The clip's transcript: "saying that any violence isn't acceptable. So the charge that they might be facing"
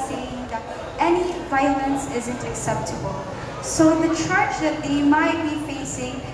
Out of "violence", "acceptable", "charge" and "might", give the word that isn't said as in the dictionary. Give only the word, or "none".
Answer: charge